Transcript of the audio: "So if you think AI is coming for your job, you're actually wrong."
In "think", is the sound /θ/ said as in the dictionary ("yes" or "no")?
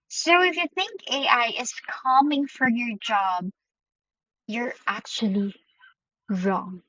yes